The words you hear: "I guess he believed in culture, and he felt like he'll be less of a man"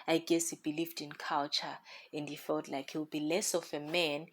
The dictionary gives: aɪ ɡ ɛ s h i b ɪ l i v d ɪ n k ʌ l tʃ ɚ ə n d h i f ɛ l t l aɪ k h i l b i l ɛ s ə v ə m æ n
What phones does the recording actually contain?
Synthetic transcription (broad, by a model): aɪ ɡ ɛ s h i b ɪ l i v d ɪ n k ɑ l tʃ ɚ ə n d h i f ɛ l t l aɪ k h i w b i l ɛ s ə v ə m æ n